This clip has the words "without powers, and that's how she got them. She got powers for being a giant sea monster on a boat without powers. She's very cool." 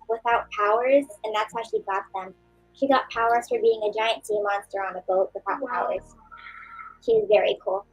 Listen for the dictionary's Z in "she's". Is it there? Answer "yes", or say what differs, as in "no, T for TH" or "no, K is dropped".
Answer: yes